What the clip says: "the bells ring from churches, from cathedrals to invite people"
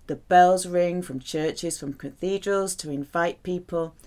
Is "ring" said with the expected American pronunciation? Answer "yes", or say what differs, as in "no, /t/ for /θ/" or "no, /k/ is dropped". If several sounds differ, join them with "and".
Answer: yes